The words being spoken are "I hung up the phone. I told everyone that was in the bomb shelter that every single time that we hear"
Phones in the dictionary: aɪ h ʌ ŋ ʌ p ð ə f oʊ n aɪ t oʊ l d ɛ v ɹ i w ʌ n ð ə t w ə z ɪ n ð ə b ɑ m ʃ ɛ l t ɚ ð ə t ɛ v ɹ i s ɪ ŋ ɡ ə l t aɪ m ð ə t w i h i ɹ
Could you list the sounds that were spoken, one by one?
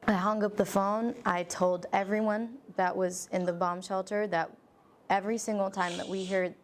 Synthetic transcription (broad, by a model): aɪ h ʌ ŋ ʌ p ð ə f oʊ n aɪ t oʊ l d ɛ v ɹ i w ʌ n ð ə t w ə z ɪ n ð ə b ɑ m ʃ ɛ l t ɚ ð ə t ɛ v ɹ i s ɪ ŋ ɡ l t aɪ m ð ə t w i h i ɹ